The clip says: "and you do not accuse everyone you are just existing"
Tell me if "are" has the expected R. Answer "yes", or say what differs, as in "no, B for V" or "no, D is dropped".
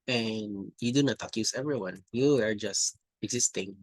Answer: yes